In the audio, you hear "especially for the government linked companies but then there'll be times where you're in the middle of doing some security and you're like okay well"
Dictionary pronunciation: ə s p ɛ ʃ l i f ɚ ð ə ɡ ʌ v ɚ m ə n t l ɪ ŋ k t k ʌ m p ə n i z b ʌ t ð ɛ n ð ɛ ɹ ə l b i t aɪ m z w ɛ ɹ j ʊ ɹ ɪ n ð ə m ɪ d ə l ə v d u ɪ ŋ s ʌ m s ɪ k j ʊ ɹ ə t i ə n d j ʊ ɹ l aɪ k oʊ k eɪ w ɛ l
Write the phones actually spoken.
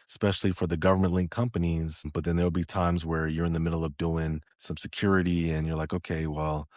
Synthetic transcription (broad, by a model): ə s p ɛ ʃ l i f ɚ ð ə ɡ ʌ v ɚ m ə n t l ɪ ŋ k k ʌ m p ə n i z b ʌ t ð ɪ n ð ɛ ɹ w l b i t aɪ m z w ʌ ɹ j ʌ ɹ ɪ n ð ə m ɪ d l ə v d u ɪ ŋ s ʌ m s ɪ k j ʊ ɹ ə t i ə n j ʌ ɹ l aɪ k oʊ k eɪ w ɛ l